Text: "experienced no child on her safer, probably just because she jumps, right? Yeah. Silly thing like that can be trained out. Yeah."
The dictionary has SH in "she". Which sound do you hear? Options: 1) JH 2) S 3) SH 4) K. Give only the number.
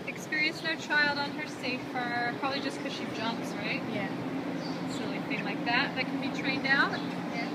3